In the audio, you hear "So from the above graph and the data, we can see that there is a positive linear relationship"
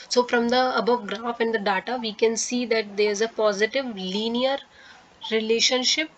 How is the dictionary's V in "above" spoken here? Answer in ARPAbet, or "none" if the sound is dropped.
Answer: V